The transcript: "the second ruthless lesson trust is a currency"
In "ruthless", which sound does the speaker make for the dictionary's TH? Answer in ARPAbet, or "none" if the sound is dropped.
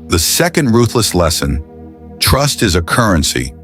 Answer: TH